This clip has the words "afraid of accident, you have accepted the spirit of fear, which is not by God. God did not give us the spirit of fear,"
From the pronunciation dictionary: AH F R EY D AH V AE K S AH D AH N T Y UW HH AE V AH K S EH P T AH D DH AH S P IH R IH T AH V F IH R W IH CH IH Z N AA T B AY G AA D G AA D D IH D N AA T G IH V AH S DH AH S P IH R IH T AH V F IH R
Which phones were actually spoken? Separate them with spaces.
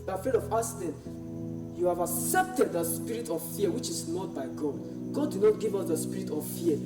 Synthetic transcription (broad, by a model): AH F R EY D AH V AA S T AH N Y UW HH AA V AH K S EH P T AH D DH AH S P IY R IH T AH V F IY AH W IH CH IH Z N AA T B AY G AA D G AA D D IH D N AA T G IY V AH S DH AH S P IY R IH T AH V F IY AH